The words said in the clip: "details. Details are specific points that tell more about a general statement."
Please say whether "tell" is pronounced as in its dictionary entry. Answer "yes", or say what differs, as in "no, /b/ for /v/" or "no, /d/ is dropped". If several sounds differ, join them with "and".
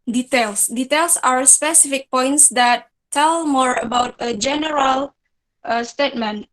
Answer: yes